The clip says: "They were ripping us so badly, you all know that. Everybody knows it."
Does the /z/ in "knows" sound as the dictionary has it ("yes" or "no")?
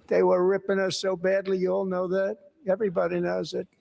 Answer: yes